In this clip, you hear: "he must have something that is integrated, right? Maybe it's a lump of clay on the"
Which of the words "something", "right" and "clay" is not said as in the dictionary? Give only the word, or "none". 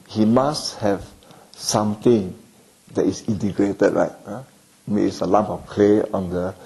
something